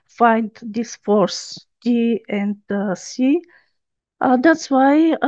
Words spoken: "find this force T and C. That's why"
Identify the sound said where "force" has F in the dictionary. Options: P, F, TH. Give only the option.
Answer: F